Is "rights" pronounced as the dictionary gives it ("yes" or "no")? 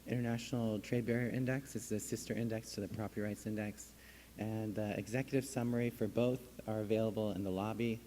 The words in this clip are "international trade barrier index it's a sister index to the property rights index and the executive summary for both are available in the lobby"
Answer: yes